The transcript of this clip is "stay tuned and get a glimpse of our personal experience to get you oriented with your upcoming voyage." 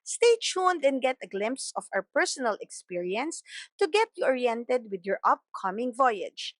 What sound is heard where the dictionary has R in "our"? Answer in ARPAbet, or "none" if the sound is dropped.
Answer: W